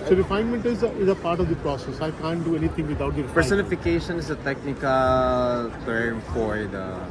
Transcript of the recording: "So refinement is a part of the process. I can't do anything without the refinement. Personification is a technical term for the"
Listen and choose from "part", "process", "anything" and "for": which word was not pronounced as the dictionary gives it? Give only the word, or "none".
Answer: anything